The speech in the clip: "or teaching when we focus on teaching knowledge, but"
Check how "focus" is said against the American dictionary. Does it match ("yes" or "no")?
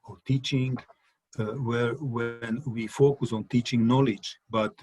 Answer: yes